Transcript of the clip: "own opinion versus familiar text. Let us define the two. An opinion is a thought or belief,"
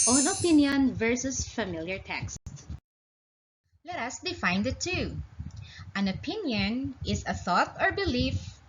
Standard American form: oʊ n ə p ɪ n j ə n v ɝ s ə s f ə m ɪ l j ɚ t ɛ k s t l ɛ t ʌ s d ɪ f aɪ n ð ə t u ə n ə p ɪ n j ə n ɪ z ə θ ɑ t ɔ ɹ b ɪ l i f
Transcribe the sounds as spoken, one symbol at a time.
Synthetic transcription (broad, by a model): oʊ n ə p ɪ n j ə n v ɝ s ə s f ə m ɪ l j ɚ t ɛ k s t l ɛ t ʌ s d ɪ f aɪ n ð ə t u ə n ə p ɪ n j ə n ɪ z ə θ ɑ t ɔ ɹ b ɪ l i f